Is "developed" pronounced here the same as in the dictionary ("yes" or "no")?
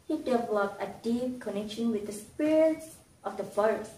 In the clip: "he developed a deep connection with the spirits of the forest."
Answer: no